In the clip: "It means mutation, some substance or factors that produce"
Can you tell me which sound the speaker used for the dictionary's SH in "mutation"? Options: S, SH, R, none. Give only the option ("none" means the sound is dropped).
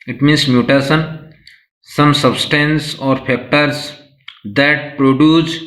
S